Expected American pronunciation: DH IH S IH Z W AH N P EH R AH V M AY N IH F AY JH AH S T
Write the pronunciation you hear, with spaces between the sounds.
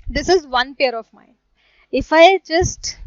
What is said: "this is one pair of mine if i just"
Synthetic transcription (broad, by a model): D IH S IH Z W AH N P EH R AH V M AY N IH F AY JH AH S T